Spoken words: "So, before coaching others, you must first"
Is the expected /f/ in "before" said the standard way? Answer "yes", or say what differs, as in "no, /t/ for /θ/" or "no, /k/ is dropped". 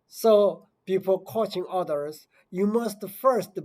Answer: no, /p/ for /f/